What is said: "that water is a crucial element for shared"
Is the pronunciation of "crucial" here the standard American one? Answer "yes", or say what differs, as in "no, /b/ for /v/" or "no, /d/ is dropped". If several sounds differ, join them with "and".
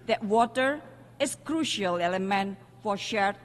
yes